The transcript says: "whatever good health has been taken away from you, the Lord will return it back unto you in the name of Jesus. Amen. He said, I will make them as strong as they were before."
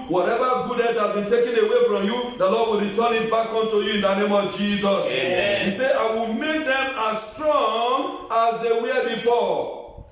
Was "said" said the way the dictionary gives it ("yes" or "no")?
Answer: no